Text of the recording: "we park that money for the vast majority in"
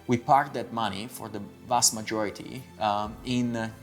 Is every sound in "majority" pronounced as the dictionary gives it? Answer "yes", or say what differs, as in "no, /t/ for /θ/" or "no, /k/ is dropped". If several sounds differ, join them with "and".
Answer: yes